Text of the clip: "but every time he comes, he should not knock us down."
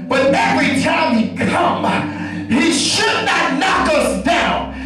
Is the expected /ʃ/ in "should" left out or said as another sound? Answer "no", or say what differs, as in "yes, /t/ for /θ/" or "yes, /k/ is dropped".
no